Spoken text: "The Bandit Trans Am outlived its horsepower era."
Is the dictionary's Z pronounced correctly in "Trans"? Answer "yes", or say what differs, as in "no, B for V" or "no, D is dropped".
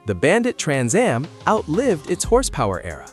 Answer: yes